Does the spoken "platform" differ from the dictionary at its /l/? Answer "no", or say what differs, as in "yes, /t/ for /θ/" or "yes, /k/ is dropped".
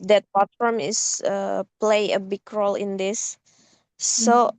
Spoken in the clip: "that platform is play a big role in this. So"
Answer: yes, /l/ is dropped